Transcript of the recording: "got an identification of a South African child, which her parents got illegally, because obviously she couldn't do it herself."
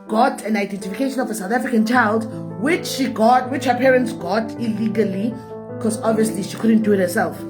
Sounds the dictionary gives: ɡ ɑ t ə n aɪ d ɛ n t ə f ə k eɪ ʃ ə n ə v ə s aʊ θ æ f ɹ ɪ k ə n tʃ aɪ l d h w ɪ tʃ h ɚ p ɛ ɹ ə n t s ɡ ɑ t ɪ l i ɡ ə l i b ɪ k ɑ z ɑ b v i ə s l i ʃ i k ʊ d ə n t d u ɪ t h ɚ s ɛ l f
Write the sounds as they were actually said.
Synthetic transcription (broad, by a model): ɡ ɑ t ə n aɪ d ɛ n t ə f ə k eɪ ʃ ə n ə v ə s aʊ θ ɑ f ɹ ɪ k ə n tʃ aɪ l d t w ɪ tʃ h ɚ p ɛ ɹ ə n t s ɡ ɑ t ɪ l i ɡ ə l i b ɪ k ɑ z ɑ b v i ə s l i ʃ i k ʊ d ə n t d u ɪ t h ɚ s ɛ l f